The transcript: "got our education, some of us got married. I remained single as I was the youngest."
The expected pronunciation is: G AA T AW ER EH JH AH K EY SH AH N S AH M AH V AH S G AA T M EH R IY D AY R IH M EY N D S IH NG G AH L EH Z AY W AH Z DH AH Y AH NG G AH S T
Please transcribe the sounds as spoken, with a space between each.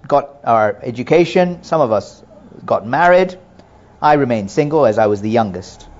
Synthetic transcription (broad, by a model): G AA T AW ER EH JH AH K EY SH AH N S AH M AH V AH S G AA T M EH R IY D AY R IH M EY N D S IH NG G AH L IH Z AY W AH Z DH AH Y AH NG G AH S T